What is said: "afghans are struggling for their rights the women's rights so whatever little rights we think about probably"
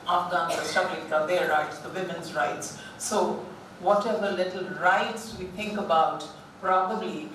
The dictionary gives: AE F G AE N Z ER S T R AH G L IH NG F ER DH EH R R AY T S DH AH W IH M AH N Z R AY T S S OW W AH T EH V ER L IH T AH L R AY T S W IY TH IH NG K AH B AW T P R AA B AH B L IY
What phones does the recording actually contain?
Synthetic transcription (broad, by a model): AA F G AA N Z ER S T AH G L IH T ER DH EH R R AY T S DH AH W IH M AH N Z R AY T S S OW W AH T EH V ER L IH T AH L R AY T S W IY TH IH NG K AH B AW T P R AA B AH B L IY